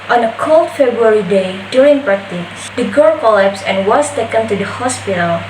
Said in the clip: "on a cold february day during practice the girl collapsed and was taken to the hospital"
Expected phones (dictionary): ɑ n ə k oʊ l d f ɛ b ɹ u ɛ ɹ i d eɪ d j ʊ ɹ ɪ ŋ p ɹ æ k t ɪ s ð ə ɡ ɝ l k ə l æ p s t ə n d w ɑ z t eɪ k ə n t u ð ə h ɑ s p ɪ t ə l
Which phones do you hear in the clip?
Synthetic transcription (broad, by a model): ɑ n ə k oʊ l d f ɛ b ɹ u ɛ ɹ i d eɪ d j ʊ ɹ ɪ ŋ p ɹ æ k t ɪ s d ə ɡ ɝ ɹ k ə l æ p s ə n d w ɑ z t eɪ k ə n t u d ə h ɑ s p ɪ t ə l